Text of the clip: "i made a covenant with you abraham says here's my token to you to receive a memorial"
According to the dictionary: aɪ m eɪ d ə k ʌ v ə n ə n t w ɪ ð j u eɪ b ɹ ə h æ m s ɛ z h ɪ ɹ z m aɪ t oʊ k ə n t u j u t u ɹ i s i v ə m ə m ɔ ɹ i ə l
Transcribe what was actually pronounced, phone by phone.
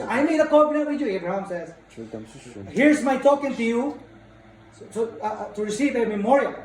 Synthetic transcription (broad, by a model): aɪ m eɪ d ə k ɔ b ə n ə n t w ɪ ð j u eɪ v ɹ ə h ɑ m s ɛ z h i ɹ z m aɪ t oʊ k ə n t u j u t u ɹ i s i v ə m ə m ɔ ɹ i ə l